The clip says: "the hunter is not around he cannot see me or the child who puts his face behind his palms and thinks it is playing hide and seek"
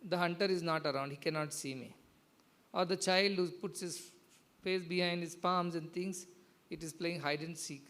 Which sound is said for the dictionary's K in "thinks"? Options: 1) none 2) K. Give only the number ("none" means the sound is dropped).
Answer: 1